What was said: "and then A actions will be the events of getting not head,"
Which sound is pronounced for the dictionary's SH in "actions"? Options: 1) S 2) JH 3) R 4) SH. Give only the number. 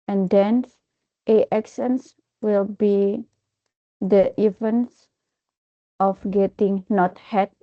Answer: 1